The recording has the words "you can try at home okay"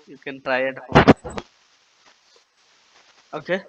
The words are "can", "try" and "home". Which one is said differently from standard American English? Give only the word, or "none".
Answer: home